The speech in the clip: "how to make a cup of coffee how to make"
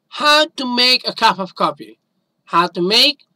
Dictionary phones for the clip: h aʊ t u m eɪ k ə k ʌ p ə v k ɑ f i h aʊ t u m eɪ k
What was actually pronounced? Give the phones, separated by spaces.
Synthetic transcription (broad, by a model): h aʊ t u m eɪ k ə k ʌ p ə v k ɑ p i h aʊ t u m eɪ k